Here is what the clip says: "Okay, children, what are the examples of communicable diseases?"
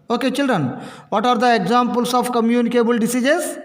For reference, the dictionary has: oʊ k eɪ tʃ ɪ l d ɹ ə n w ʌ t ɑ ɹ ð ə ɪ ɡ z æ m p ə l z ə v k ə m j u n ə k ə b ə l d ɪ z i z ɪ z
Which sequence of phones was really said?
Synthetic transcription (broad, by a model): oʊ k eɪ tʃ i l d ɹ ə n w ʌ t ɑ ɹ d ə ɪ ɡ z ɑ m p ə l s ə p k ə m j u n ə k ə b ə l d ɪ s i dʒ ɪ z